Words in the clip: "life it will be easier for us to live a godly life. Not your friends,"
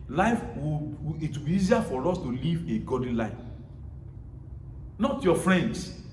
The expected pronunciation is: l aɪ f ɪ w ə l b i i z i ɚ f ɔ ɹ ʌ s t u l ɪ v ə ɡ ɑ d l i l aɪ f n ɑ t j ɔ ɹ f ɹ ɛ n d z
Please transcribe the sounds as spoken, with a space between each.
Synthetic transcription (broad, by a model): l aɪ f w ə w b i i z i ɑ f ɔ ɹ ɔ s t u l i v ə ɡ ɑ d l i l aɪ f n ɑ t j ɔ f ɹ ɛ n d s